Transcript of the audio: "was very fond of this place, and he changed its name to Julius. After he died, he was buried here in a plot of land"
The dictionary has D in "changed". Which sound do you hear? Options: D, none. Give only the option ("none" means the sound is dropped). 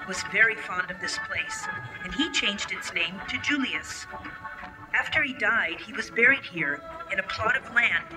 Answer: D